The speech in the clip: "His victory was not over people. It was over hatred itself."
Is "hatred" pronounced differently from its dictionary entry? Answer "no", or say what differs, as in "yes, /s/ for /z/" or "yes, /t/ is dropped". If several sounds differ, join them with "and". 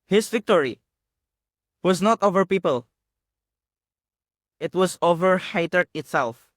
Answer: yes, /ɹ/ is dropped